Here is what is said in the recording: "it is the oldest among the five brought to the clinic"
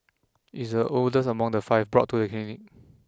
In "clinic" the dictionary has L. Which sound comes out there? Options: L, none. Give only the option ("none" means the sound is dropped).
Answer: none